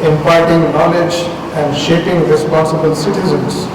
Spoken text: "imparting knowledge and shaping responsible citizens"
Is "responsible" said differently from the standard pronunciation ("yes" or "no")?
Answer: no